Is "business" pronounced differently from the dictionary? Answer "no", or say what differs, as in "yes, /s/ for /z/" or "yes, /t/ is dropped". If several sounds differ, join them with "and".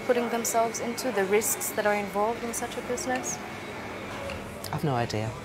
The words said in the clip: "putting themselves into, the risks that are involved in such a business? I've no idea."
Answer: no